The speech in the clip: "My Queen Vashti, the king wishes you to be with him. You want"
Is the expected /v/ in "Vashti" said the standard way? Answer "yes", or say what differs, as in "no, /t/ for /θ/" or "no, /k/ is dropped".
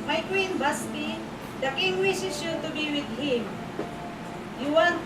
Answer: no, /b/ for /v/